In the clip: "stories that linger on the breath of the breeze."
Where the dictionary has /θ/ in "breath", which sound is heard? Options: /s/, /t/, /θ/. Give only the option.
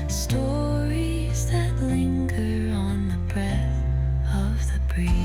/θ/